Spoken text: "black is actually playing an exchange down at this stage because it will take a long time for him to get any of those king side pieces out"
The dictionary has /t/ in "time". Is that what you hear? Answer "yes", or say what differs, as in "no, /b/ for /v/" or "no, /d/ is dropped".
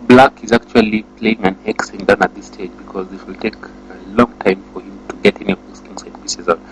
yes